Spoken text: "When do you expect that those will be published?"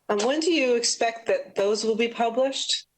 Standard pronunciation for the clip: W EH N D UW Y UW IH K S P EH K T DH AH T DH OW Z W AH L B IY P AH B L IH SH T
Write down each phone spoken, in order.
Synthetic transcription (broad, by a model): W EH N D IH Y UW IH K S P EH K T DH AH T DH OW Z W AH L B IY P AH B L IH SH T